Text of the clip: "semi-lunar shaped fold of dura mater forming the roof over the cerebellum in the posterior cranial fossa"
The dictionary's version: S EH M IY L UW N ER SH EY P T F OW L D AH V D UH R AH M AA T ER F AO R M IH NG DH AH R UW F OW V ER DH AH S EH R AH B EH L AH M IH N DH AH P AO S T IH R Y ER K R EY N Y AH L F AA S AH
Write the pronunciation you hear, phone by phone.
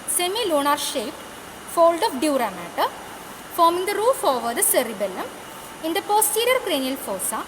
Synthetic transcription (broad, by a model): S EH M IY L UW N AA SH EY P F OW L D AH F D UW R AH M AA T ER F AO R M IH NG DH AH R UW F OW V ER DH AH S EH R AH B EH L AH M IH N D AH P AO S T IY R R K R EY N Y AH L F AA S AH